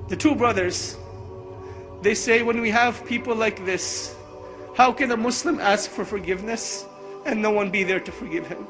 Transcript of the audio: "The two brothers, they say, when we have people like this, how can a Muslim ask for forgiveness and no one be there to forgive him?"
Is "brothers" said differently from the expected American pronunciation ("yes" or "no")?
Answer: no